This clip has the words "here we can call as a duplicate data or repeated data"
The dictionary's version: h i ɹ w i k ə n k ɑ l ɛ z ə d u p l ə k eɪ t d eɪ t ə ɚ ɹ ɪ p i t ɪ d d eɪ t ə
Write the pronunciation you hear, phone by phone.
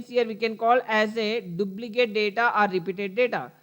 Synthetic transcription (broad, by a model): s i ɹ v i k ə n k ɑ l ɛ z ə d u b l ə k eɪ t d eɪ t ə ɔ ɹ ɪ p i t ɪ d d eɪ t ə